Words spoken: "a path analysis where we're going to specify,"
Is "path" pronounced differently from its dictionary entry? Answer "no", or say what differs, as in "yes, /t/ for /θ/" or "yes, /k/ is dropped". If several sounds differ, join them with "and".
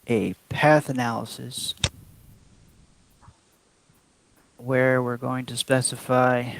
no